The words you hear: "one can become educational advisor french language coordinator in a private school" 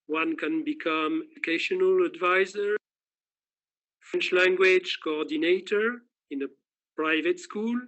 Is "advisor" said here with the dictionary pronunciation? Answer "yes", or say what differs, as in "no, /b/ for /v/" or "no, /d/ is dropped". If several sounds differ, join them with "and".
yes